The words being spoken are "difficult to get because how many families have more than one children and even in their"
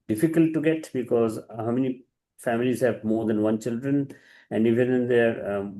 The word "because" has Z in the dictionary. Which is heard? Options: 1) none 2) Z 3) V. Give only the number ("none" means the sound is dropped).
2